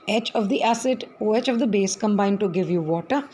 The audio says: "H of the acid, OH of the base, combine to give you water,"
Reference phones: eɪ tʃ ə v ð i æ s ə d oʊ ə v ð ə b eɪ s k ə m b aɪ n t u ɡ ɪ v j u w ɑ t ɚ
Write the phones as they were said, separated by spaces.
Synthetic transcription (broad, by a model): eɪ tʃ ə v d i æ s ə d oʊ ə v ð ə b eɪ s k ə m b aɪ n t u ɡ ɪ v j u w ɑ t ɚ